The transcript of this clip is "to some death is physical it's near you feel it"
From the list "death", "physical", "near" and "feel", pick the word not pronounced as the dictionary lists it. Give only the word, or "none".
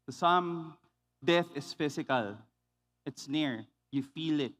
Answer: physical